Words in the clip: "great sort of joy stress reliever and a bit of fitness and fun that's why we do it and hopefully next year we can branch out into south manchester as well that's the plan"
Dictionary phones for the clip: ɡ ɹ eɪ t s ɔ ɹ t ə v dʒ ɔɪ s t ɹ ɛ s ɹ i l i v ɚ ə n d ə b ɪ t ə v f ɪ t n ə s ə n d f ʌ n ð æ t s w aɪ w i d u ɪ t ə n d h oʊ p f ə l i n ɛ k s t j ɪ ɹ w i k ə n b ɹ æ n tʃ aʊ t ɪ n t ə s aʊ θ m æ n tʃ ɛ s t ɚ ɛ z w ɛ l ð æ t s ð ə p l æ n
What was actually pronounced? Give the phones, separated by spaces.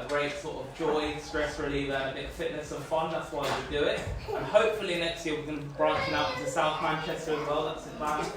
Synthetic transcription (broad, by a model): ɡ ɹ eɪ t s ɔ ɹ t ə v dʒ ɔɪ s t ɹ ɛ s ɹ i l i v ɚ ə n ə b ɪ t f ɪ t n ə s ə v f ʌ n ð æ t s w aɪ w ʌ d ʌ ɪ t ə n h oʊ p f ə l i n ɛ k s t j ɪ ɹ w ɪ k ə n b ɹ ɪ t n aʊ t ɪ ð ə s aʊ θ m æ n tʃ ɛ s t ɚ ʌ z w ɛ l ð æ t s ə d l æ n